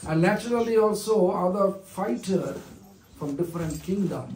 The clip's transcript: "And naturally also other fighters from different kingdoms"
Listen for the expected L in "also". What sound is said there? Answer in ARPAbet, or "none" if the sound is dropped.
L